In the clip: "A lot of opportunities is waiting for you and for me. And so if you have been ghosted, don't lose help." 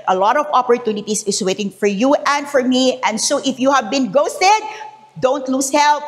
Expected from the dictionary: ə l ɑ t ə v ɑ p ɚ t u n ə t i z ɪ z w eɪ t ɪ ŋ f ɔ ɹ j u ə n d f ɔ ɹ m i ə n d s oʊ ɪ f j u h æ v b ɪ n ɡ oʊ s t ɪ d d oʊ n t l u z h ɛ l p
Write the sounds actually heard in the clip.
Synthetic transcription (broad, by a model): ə l ɑ t ə v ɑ p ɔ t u n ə t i s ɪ s w eɪ t ɪ ŋ f ɔ ɹ j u ə n d f ɔ ɹ m i ə n d s oʊ ɪ f j u h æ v b ɪ n ɡ oʊ s t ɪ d d oʊ n t l u s h ɛ l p